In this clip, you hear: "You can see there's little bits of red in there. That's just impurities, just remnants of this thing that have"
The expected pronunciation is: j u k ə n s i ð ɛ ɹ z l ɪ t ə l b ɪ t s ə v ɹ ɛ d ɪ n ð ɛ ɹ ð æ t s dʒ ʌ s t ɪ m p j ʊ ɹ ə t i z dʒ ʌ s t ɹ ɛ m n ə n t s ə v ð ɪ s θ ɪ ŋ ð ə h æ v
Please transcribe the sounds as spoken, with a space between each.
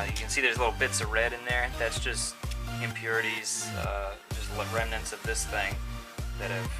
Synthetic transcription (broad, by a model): j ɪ k ə n s i ð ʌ ɹ z l ɪ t l b ɪ t s ə v ɹ ɛ d ɪ n ð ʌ ɹ ð æ t s dʒ ʌ s t ɪ m p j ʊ ɹ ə t i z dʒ ʌ s t ɹ ɛ m n ə n t s ə v ð ɪ s θ ɪ ŋ ð ə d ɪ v